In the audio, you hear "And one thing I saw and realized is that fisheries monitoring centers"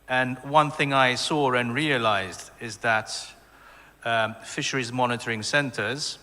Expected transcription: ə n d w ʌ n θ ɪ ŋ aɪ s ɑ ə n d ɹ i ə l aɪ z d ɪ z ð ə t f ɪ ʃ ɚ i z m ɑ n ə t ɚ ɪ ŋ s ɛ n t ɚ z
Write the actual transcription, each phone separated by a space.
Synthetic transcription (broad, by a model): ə n w ʌ n θ ɪ ŋ aɪ s ɑ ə n ɹ i ə l aɪ z d ɪ z ð ə t f ɪ ʃ ɚ i z m ɑ n ə t ɚ ɪ ŋ s ɛ n t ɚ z